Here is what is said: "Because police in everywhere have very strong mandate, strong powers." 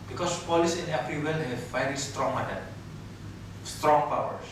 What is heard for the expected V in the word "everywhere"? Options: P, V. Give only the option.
P